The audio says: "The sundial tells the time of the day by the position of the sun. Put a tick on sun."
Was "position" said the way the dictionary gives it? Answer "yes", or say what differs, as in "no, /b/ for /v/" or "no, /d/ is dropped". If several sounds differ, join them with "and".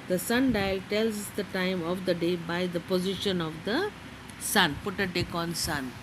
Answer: yes